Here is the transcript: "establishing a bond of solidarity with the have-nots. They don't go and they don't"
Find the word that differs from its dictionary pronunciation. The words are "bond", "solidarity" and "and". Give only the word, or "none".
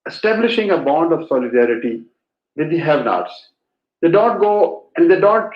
none